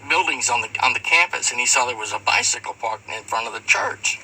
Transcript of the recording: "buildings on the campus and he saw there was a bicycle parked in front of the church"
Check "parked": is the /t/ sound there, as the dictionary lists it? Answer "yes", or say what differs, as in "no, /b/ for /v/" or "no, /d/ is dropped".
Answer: no, /t/ is dropped